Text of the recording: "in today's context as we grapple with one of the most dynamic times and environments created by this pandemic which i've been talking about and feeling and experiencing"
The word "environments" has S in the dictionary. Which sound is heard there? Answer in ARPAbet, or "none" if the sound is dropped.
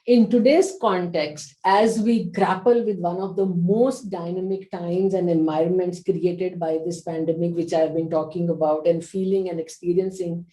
S